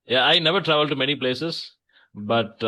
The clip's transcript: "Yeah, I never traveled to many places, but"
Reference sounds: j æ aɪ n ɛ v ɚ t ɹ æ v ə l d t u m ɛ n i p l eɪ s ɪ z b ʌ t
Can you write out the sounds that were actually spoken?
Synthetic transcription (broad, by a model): j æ aɪ n ɛ v ɚ t ɹ æ v ə l d t u m ɛ n i p l eɪ s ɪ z b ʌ t